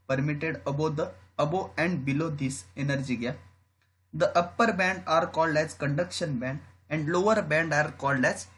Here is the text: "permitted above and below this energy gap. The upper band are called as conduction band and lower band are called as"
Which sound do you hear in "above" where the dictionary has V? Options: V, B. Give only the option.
B